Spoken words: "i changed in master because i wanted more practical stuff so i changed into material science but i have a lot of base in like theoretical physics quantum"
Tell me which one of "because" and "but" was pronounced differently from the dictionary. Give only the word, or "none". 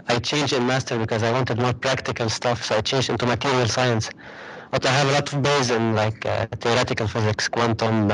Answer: none